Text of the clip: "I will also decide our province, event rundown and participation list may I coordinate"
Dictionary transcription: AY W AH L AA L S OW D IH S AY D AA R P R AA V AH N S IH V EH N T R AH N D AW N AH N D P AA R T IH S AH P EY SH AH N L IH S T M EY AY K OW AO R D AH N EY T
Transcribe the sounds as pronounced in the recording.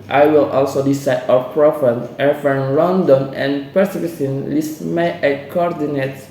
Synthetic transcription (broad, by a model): AY W AH L AA L S OW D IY S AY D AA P R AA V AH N IH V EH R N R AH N D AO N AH N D P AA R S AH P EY S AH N L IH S M EY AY K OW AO R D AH N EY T